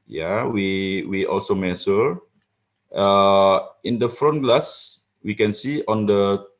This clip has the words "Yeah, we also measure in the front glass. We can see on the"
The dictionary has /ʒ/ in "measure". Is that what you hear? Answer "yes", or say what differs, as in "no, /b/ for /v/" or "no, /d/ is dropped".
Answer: no, /s/ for /ʒ/